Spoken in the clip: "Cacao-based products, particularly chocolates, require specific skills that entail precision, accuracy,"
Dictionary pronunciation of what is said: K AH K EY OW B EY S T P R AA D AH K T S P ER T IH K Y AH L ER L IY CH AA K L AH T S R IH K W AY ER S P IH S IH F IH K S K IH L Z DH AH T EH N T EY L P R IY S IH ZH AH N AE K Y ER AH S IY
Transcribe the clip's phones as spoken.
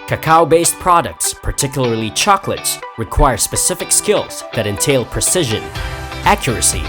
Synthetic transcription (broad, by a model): K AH K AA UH B EY S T P R AA D AH K T S P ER T IH K Y L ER L IY CH AA K L AH T S R IH K W AY ER S P IH S IH F IH K S K IH L Z DH AH T EH N T EY L P R IY S IH ZH AH N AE K Y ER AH S IY